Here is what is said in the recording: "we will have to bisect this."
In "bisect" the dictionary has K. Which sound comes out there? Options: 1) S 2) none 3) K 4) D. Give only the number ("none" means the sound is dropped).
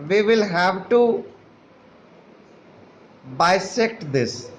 3